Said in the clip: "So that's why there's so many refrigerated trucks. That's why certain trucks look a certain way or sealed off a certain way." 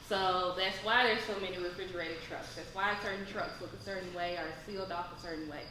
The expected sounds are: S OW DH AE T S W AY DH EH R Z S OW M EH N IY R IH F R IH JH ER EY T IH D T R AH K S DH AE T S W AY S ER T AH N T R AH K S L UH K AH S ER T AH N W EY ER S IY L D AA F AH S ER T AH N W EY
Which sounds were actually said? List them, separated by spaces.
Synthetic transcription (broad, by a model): S OW DH AE T S W AY DH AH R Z S OW M EH N IY R IH F R IH JH ER EY T IH D T R AH K S DH AE T S W AY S ER T N T R AH K S L UH K AH S ER T N W EY ER S IY L D AA F AH S ER T N W EY